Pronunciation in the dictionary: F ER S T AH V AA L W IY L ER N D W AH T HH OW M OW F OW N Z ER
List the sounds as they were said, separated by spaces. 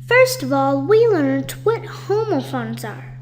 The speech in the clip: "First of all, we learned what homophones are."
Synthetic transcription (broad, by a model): F ER S T AH V AA L W IY L ER N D W AH T HH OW M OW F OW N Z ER